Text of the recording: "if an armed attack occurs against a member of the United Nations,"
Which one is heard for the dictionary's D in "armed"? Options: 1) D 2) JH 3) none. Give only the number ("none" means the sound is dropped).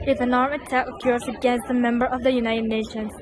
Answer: 3